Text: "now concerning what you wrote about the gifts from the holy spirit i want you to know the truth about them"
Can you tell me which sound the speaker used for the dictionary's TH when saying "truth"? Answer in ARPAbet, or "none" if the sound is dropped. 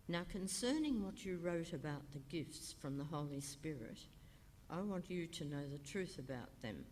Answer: TH